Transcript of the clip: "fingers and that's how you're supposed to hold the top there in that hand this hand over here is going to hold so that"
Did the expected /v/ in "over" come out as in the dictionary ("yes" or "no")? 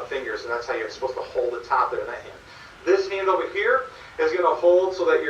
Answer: no